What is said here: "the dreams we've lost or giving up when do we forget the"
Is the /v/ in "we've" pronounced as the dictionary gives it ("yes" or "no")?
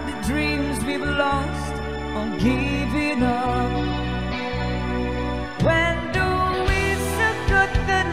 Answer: no